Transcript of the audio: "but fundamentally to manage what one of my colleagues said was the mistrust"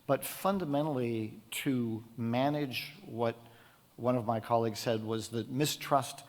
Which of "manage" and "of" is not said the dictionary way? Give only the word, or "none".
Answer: none